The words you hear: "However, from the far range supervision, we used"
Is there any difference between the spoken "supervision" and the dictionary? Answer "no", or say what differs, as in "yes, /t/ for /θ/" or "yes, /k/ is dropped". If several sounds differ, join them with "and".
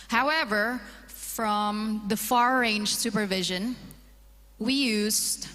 no